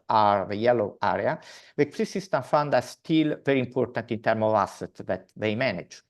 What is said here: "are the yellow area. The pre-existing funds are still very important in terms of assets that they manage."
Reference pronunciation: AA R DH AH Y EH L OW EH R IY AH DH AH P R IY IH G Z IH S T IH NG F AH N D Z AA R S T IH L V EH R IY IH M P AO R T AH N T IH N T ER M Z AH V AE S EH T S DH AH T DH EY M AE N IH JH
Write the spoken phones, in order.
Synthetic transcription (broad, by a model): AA R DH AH Y EH L OW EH R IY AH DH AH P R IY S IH S T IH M F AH N D AA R S T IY L V EH R IY M P AO R T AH N T IH N T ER M AH V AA S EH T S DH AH T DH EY M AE N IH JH